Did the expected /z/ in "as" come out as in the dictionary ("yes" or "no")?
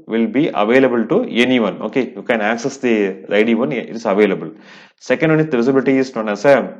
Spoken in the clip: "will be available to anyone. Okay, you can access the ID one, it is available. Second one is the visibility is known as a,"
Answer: no